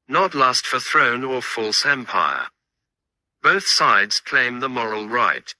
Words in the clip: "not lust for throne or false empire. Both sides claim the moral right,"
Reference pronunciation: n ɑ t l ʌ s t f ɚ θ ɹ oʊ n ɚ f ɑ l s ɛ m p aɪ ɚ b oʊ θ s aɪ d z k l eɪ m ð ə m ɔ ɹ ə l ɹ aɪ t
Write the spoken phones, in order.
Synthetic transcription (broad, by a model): n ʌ t l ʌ s t f ɚ θ ɹ oʊ n ɚ f ɑ l s ɛ m p aɪ ɚ b oʊ θ s aɪ d z k l eɪ m ð ə m ɔ ɹ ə l ɹ aɪ t